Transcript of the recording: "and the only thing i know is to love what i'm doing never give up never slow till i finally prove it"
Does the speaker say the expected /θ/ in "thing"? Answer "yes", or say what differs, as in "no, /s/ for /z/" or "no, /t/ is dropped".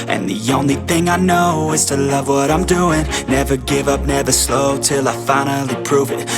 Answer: yes